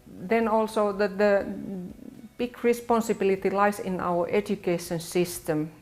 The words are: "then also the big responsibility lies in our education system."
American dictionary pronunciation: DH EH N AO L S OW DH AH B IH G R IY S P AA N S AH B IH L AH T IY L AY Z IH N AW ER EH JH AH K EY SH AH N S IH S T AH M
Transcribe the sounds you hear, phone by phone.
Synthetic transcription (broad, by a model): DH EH N AO L S OW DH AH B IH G R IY S P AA N S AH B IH L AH T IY L AY S IH N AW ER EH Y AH K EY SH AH N S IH S T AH M